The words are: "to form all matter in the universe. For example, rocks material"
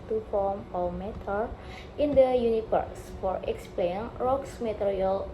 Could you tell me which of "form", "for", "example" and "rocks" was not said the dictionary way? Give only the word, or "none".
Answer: example